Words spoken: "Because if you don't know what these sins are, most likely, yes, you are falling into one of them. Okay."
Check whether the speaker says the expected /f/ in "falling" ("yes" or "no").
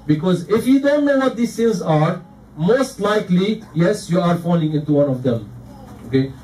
yes